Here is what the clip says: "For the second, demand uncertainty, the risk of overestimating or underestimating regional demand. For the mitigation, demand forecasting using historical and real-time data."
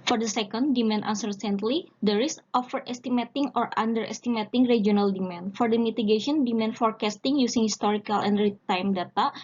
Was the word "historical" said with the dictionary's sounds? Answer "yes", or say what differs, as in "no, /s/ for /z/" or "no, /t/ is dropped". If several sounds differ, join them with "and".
yes